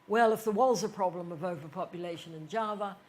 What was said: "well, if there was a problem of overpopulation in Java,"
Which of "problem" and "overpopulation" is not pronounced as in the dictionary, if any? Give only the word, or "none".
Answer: none